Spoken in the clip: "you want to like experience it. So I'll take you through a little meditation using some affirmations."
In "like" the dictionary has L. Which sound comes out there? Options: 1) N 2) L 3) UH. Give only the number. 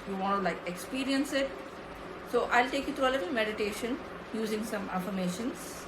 2